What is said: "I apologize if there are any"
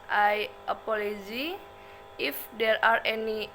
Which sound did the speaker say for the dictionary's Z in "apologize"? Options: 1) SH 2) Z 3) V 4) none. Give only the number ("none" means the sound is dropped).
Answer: 4